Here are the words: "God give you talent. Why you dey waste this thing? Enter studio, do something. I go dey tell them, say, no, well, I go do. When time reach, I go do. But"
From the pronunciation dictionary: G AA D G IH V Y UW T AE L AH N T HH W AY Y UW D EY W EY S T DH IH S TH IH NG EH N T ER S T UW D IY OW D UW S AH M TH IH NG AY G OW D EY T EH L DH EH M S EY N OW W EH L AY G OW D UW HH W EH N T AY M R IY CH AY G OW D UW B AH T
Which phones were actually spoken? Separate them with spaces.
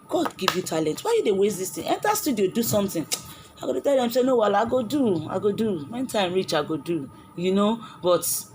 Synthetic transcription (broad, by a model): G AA D G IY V Y UW T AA L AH N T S W AY Y UW D EY W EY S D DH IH S T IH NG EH N T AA S T UW D IY OW D UW S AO M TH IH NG AY G OW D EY T EH L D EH M S EY N OW W EH L AY G OW D UW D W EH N T AY M R IY CH AY G OW D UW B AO T